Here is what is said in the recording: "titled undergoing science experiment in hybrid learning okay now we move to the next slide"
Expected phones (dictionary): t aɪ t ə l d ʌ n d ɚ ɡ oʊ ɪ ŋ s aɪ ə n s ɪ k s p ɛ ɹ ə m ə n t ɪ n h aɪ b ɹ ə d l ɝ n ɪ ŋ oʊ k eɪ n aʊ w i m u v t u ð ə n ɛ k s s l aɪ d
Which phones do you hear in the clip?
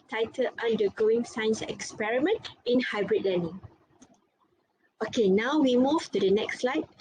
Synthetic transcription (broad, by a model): t aɪ t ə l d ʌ n d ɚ ɡ oʊ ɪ ŋ s aɪ n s ɪ k s p ɛ ɹ ə m ə n t ɪ n h aɪ b ɹ ə d l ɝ n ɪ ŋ oʊ k eɪ n aʊ w i m u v t u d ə n ɛ k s s l aɪ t